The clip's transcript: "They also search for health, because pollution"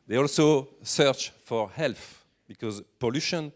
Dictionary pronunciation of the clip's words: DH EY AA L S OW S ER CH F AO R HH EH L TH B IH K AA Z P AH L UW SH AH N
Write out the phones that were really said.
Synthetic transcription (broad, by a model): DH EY AA L S OW S ER CH F AO R HH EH L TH B IH K AA Z P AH L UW SH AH N